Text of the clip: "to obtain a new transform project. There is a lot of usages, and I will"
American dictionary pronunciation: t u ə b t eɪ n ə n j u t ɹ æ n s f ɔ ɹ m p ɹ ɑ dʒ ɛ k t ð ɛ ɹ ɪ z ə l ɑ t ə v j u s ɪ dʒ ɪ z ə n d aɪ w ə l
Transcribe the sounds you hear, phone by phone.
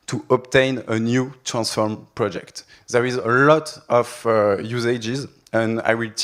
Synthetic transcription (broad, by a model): t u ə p t eɪ n ə n j u t ɹ æ n s f ɔ ɹ m p ɹ ɑ dʒ ɛ k t ð ɛ ɹ ɪ z ə l ɑ t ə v j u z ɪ dʒ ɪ z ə n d aɪ w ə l